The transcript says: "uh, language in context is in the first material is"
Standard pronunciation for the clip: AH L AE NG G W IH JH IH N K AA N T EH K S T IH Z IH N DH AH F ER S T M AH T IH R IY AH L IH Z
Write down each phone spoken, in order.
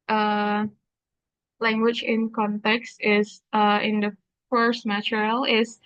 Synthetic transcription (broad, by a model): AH L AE NG G W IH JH IH N K AA N T EH K S T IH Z IH N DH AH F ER S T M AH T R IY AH L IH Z